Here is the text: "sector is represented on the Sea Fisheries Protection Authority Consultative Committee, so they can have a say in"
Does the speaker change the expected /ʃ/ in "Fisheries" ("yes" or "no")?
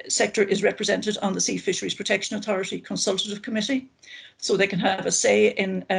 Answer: no